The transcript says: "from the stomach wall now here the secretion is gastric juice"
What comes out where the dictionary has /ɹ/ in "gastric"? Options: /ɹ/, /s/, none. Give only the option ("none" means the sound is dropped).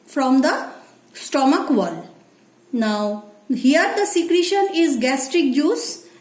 /ɹ/